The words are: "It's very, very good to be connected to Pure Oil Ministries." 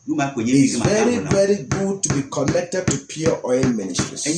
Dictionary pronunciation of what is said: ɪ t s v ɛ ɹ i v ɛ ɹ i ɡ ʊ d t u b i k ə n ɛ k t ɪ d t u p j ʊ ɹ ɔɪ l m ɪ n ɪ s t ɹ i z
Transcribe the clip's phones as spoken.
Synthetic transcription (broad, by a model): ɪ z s v ɛ ɹ i v ɛ ɹ i ɡ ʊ d t u b i k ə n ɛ k t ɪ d t u p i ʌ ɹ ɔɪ n m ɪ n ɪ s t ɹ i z